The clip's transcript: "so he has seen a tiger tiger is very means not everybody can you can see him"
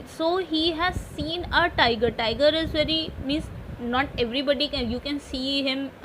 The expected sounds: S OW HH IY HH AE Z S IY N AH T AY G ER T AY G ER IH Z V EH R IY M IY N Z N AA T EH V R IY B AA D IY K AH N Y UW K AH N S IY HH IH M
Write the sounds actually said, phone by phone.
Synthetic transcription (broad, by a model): S OW HH IY HH AE Z S IY N AH T AY G ER T AY G ER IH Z V EH R IY M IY N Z N AA T EH V R IY B AA D IY K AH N Y UW K AH N S IY HH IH M